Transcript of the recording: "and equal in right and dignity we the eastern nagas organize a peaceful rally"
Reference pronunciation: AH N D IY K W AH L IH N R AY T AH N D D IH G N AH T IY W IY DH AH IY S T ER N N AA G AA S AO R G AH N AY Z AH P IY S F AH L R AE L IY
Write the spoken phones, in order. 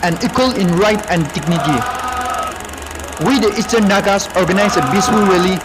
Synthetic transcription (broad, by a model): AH N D IY K W AH L IH N R AY T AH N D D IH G N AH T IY W IY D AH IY S T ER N N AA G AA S AO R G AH N AY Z AH B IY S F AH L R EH L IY